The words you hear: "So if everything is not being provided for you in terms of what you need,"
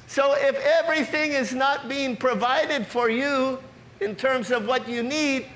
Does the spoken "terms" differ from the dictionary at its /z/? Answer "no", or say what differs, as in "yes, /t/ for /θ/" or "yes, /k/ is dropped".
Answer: no